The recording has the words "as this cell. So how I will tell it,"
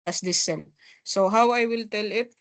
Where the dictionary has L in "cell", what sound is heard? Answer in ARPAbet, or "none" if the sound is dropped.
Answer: N